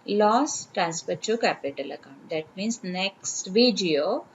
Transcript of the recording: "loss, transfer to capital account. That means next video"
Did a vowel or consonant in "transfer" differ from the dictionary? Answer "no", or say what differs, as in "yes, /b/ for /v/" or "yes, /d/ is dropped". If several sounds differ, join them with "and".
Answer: yes, /p/ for /f/